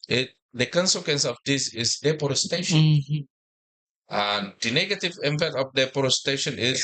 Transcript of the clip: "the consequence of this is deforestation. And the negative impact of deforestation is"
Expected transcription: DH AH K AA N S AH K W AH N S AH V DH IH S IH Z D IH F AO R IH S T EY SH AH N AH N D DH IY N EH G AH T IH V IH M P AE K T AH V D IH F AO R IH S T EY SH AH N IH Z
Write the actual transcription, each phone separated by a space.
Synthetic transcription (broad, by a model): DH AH K AA N S AH K W AH N S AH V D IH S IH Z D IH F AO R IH S T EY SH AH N AH N D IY N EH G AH T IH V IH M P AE T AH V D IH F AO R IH S T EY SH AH N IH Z